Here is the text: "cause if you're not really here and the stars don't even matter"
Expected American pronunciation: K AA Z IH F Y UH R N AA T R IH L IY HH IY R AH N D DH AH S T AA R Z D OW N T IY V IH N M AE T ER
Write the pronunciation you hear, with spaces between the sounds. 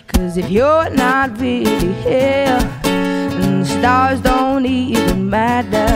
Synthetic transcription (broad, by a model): K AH Z IH F Y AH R N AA T R IH L IY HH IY L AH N DH AH S T AA R Z D OW N T IY V IH N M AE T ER